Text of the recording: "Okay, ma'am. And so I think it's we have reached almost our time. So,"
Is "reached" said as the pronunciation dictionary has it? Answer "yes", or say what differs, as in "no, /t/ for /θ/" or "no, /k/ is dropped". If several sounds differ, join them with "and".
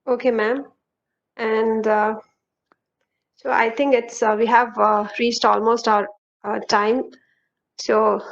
yes